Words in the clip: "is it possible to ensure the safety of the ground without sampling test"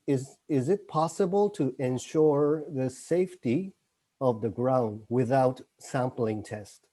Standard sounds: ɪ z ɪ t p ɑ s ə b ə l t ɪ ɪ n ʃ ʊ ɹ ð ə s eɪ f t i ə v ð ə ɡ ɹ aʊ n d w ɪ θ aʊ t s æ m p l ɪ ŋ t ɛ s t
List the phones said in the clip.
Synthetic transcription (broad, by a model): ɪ z ɪ t p ɑ s ə b ə l t ɪ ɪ n ʃ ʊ ɹ ð ə s eɪ f t i ə v ð ə ɡ ɹ aʊ n d w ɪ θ aʊ t s æ m p l ɪ ŋ t ɛ s t